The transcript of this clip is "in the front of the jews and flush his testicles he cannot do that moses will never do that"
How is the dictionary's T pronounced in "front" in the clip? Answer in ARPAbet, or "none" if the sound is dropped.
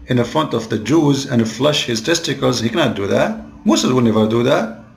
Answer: T